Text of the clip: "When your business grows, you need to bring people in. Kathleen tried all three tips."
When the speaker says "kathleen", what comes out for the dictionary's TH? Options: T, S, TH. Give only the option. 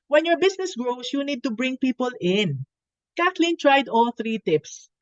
T